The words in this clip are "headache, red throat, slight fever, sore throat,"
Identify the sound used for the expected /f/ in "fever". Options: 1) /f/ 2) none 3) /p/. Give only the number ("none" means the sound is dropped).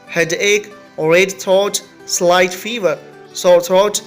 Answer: 1